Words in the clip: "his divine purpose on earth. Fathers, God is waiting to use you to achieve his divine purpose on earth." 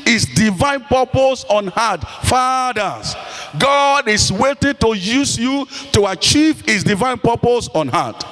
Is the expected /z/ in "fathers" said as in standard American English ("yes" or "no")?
no